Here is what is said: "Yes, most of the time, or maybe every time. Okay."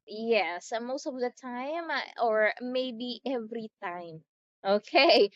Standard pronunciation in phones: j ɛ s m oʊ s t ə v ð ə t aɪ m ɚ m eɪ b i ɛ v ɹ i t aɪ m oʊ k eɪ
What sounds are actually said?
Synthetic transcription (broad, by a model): j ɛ s m oʊ s t ə v ð ə t aɪ m ɚ m eɪ b i ɛ v ɹ i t aɪ m oʊ k eɪ